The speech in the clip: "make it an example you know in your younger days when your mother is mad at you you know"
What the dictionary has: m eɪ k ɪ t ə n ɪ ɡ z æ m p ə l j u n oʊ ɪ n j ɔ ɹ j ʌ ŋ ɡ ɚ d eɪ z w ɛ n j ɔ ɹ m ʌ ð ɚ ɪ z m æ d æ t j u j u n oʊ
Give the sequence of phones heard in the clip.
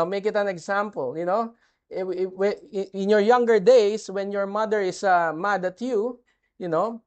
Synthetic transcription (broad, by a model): m eɪ k ɪ t ə n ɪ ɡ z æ m p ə l j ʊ n oʊ ɪ n j ɔ ɹ j ʌ ŋ ɡ ɚ d eɪ s w ɛ n j ɔ ɹ m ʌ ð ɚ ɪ s m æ d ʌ t j u j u n oʊ